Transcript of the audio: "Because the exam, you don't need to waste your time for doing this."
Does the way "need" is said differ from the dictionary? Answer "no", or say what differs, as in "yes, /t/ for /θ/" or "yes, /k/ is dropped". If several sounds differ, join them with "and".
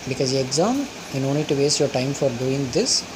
yes, /l/ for /n/